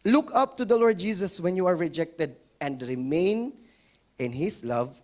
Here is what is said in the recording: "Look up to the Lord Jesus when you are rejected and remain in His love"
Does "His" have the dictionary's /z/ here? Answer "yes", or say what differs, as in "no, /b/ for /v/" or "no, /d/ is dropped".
no, /s/ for /z/